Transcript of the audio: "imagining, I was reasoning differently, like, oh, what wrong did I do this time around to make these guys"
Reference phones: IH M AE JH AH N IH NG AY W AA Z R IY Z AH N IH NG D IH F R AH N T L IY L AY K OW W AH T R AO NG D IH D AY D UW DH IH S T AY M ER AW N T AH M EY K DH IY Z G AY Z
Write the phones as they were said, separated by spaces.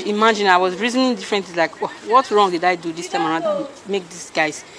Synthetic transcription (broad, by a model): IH M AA JH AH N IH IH W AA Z R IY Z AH N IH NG D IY F R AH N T IY L AY K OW W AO T R AO NG D IH D AY D UW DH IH S T AY M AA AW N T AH M EY K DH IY S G AY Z